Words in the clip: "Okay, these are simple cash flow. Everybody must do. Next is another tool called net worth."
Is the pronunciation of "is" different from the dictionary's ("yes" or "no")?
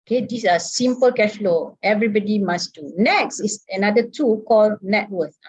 yes